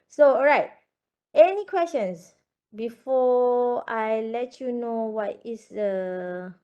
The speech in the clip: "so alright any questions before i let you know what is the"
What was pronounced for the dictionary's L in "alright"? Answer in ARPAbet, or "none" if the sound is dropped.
none